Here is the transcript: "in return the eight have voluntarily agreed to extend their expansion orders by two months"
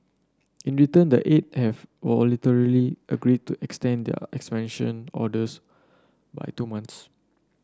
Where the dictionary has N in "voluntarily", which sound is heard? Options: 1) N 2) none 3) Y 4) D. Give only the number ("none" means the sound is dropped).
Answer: 2